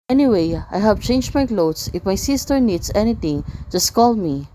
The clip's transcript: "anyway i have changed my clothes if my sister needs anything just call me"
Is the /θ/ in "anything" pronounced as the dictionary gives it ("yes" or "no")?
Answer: no